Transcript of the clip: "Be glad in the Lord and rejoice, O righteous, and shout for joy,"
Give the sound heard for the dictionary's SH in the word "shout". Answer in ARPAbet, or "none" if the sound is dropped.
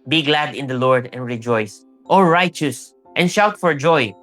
SH